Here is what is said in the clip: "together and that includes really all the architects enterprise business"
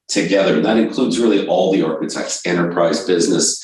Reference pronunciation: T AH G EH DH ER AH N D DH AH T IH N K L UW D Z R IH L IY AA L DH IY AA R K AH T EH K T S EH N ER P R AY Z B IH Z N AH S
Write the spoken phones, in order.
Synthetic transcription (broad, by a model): T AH G EH DH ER AH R DH AH T IH N K L UW D Z R IH L IY AA L DH IY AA R K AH T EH K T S EH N ER P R AY Z B IH Z N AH S